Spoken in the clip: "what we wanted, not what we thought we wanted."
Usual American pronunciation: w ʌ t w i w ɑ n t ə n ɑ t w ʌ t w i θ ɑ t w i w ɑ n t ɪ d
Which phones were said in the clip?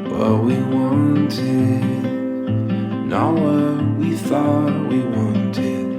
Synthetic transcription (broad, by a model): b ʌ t w i w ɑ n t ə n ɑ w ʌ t w i θ ɑ t w i w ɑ n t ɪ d